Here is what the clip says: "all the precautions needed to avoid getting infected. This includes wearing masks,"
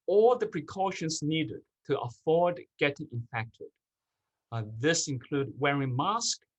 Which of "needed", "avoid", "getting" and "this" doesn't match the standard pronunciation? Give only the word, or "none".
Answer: avoid